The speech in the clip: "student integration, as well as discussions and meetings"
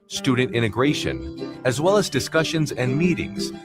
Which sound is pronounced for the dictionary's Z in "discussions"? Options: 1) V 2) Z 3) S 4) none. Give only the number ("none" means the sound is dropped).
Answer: 2